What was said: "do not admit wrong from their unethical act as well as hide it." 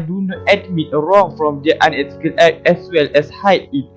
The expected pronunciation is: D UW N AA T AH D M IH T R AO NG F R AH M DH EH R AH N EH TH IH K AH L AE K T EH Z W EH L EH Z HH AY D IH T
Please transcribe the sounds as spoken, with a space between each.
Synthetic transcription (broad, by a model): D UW N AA T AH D M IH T R AO NG F R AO M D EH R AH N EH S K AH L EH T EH S W EH L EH S HH AY IH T